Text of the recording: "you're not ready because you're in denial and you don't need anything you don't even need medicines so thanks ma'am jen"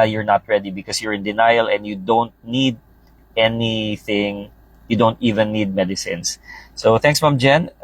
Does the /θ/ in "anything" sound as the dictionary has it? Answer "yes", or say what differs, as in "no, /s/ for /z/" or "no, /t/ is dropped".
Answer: yes